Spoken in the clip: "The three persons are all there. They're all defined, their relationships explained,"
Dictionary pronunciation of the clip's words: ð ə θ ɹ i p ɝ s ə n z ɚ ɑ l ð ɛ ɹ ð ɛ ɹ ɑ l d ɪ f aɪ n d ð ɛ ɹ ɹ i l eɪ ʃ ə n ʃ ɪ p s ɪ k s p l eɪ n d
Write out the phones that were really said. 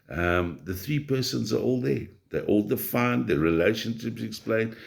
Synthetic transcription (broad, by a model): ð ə θ ɹ i p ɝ s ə n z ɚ ɑ l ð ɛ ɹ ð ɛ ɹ ɑ l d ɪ f aɪ n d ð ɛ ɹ ɹ i l eɪ ʃ ə n ʃ ɪ p s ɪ k s p l eɪ n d